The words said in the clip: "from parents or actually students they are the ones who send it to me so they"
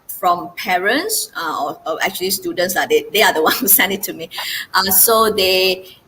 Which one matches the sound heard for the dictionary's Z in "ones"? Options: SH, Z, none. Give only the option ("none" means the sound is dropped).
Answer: none